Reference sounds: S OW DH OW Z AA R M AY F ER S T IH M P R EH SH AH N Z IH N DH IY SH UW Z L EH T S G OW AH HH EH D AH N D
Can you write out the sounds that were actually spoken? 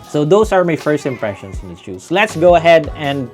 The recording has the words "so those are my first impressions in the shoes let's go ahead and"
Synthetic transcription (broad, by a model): S OW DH OW S AA R M AY F ER S T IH M P R EH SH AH N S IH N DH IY S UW S L EH T S G OW AH HH EH D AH N D